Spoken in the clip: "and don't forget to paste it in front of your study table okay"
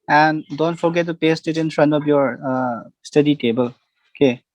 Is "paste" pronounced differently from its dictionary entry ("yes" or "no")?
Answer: no